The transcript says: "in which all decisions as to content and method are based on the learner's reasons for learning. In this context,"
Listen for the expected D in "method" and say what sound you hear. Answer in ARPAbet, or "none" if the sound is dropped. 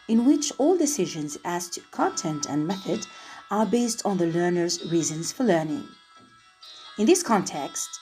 D